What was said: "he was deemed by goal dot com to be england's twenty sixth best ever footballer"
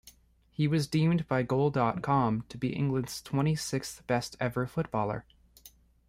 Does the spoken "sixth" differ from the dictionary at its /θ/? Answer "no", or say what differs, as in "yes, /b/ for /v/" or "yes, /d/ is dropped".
no